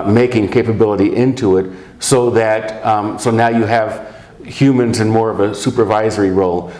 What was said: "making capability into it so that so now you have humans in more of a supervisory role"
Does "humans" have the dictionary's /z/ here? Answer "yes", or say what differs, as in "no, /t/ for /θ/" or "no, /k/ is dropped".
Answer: yes